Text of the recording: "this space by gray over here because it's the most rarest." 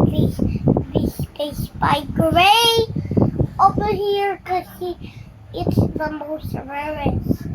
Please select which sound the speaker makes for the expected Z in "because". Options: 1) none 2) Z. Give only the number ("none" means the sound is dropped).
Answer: 1